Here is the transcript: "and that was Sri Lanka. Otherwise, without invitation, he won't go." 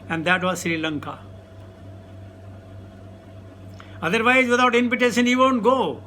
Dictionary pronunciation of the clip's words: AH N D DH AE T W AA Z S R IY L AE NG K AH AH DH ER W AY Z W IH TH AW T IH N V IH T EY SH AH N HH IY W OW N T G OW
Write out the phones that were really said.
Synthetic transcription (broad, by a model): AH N D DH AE T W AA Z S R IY L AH NG K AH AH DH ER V AY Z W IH T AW T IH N P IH T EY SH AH N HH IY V OW N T G OW